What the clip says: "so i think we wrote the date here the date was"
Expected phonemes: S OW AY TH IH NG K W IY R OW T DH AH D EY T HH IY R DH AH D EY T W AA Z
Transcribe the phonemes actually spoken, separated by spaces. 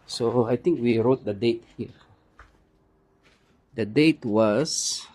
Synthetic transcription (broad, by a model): S OW AY T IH NG K W IY R OW T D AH D EY T HH IY R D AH D EY T W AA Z